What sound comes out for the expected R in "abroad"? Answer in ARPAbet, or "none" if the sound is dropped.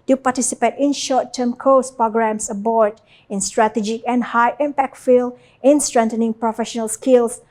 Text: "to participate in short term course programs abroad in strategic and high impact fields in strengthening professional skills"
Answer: none